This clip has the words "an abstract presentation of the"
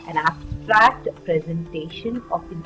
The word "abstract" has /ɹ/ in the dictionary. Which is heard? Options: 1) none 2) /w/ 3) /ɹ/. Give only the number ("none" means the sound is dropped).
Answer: 3